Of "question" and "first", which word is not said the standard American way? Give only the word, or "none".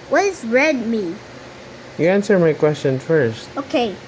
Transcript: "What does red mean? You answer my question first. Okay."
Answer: none